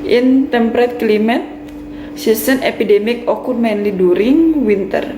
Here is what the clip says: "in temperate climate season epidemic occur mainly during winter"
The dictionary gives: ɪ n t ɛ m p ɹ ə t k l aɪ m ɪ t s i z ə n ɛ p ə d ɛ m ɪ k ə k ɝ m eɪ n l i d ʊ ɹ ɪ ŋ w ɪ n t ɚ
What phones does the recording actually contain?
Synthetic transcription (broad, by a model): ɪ n t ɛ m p ɹ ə t k l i m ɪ t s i s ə n ɛ p ə d ɛ m ɪ k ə k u m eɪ n l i d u ɹ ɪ ŋ w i n t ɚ